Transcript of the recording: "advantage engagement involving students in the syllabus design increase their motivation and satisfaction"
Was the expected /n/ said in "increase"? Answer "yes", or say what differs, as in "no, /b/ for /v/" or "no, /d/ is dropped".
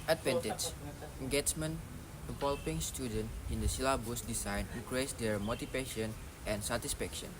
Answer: no, /n/ is dropped